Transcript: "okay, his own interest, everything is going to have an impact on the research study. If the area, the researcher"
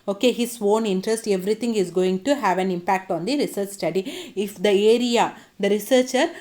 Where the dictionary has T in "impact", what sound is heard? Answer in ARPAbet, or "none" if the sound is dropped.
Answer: T